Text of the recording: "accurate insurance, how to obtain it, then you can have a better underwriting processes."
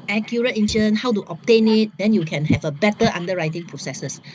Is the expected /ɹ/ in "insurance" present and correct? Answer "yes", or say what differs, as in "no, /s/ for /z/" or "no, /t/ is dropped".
no, /ɹ/ is dropped